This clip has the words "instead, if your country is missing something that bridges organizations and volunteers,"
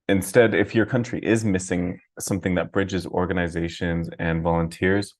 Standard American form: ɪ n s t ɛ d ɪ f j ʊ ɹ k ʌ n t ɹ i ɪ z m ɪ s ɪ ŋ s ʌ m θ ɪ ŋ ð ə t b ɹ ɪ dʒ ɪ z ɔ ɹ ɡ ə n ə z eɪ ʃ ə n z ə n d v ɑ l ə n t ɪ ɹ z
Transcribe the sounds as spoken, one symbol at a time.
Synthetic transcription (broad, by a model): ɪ n s t ɛ d ɪ f j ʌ ɹ k ʌ n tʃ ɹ i ɪ z m ɪ s ɪ ŋ s ʌ m θ ɪ ŋ ð ə t b ɹ ɪ dʒ ɪ z ɔ ɹ ɡ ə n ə z eɪ ʃ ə n z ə n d v ɑ l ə n t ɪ ɹ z